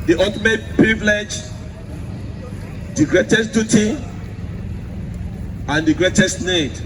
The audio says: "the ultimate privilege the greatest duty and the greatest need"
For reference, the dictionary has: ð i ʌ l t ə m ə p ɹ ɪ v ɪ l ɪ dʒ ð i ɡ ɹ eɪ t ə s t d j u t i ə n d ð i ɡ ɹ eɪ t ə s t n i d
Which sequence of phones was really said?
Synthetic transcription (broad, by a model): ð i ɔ t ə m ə p ɹ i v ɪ l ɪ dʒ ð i ɡ ɹ eɪ t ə s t d j u t i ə n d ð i ɡ ɹ eɪ t ə s t n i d